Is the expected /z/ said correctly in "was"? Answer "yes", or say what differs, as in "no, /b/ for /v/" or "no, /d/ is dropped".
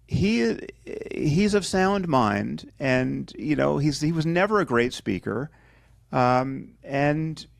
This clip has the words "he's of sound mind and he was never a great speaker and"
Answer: yes